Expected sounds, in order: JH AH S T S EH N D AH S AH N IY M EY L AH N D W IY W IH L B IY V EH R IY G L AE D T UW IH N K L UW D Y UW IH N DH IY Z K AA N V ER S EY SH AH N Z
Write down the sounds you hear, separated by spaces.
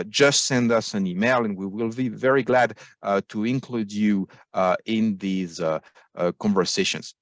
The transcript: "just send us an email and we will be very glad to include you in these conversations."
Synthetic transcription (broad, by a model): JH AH S T S EH N D AH S AH N IY M EY L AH N W IY W IH L B IY V EH R IY G L AE D T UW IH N K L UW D Y UW IH N DH IY Z K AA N V ER S EY SH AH N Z